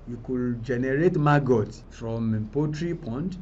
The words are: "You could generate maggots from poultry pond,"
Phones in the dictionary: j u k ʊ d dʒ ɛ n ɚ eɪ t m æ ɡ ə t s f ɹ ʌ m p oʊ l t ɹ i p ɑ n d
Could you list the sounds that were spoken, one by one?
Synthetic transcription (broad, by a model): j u k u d dʒ ɛ n ɚ eɪ t m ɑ ɡ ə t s f ɹ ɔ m p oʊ t ɹ i p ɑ n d